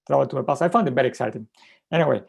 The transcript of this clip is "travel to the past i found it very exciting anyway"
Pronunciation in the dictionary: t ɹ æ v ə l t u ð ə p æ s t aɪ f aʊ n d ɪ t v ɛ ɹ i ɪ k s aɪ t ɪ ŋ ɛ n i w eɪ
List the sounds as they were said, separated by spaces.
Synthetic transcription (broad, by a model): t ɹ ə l t u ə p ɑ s aɪ f aʊ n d ɪ t b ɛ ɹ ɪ k s aɪ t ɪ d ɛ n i w eɪ